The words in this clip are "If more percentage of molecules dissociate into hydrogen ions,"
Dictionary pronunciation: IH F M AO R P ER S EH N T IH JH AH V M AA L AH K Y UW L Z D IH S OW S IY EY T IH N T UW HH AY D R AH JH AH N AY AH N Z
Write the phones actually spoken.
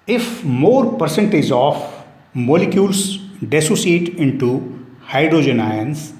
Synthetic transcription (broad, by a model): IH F M AO R P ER S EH N T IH JH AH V M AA L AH K Y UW L S D IH S OW S IY EY T IH N T UW HH AY D R AH JH AH N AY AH N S